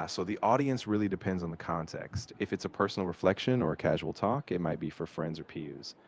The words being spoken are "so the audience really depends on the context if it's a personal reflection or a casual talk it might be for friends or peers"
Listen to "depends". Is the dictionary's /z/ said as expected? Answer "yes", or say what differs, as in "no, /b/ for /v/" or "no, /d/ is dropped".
yes